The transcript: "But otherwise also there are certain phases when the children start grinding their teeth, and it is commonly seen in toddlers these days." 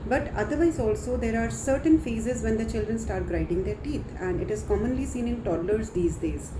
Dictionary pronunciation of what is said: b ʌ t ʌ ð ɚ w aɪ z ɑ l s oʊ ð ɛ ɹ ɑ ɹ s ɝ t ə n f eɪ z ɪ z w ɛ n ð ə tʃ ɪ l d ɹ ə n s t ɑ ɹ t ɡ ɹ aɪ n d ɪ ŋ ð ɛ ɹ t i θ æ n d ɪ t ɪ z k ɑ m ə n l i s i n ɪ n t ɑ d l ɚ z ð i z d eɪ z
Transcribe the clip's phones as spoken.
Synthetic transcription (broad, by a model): b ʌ t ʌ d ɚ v aɪ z ɑ l s oʊ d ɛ ɹ ɑ ɹ s ɝ t ə n f eɪ z ɪ z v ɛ n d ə tʃ ɪ l d ɹ ə n s t ɑ ɹ t ɡ ɹ aɪ d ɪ ŋ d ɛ ɹ t i t æ n d ɪ t ɪ z k ɑ m ə n l i s i n ɪ n t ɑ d l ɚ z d i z d eɪ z